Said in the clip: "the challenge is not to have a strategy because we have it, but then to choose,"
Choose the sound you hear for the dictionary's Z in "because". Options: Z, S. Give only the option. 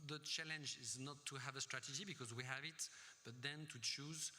Z